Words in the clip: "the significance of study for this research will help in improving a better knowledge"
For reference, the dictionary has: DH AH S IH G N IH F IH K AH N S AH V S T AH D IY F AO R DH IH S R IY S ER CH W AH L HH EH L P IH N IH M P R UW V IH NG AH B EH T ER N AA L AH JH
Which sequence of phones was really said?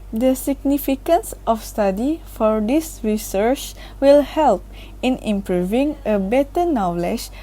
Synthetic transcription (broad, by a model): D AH S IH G N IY F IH K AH N S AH F S T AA D IY F AO R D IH S R IY S ER CH W AH L HH EH L P IH N IH M P R UW V IH NG AH B EH T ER N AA L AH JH